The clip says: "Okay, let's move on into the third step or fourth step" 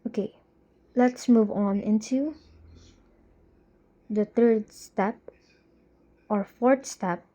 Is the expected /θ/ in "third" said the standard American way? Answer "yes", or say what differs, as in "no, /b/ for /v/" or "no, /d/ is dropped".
no, /t/ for /θ/